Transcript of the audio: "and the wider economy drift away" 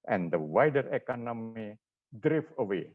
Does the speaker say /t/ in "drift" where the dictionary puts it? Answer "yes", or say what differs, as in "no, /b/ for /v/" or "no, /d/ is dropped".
no, /t/ is dropped